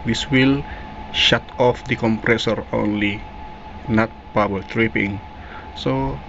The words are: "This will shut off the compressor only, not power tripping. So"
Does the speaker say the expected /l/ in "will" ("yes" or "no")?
yes